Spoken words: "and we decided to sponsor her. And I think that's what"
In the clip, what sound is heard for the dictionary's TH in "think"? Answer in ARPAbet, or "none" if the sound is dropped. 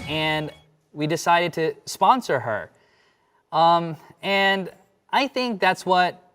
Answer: TH